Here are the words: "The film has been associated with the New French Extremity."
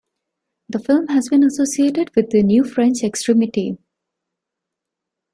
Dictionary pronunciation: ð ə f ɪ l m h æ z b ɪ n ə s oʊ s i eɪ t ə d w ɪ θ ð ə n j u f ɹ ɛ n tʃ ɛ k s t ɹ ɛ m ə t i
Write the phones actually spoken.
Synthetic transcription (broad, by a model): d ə f ɪ l m h æ z b ɪ n ə s oʊ s i eɪ t ə d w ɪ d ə n j u f ɹ ɛ n tʃ ɛ k s t ɹ ɛ m ə t i